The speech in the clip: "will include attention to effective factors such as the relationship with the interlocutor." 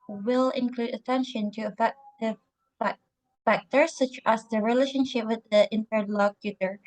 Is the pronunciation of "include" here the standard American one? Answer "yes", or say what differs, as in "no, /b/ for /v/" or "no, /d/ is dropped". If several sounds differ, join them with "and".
yes